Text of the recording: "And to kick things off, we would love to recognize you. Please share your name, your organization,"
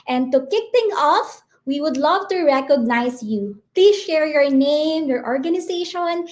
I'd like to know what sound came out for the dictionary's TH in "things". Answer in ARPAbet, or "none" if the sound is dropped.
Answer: T